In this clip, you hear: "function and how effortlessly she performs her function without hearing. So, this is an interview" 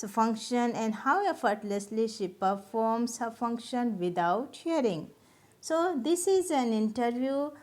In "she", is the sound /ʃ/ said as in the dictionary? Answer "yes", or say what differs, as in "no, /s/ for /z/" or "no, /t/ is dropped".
yes